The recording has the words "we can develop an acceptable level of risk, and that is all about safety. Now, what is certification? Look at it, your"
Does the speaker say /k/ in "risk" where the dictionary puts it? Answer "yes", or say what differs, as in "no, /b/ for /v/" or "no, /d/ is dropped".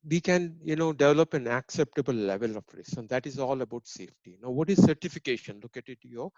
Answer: no, /k/ is dropped